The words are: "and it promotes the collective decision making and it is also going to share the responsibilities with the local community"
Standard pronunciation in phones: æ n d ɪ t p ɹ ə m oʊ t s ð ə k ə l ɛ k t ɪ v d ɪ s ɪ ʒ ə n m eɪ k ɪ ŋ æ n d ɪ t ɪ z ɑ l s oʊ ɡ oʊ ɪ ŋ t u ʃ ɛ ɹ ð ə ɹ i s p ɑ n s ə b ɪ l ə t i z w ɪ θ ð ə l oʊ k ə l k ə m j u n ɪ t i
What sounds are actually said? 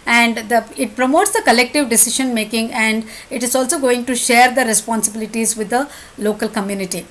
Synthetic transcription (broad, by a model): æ n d ɪ t p ɹ ə m oʊ t s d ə k ə l ɛ k t ɪ v d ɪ s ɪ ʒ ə n m eɪ k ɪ ŋ æ n d ɪ t ɪ z ɑ l s oʊ ɡ oʊ ɪ ŋ t u ʃ ɛ ɹ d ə ɹ i s p ɑ n s ə b ɪ l ə t i z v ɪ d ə l oʊ k ə l k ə m j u n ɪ t i